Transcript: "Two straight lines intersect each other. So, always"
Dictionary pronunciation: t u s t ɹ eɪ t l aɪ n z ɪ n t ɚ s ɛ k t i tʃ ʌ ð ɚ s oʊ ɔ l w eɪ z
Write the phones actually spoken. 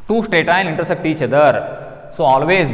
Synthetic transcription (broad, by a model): t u s t ɹ eɪ t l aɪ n ɪ n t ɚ s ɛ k t i tʃ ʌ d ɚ s oʊ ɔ l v eɪ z